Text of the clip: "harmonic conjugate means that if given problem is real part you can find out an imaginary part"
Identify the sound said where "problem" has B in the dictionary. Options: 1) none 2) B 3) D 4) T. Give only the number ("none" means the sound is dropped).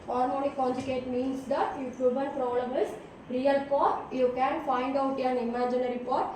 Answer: 1